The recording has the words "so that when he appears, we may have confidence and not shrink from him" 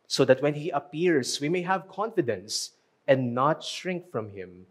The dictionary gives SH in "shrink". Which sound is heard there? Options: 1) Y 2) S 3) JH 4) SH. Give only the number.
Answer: 4